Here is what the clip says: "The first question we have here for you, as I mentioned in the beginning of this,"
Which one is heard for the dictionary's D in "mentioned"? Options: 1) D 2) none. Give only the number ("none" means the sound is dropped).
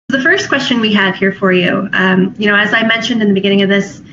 1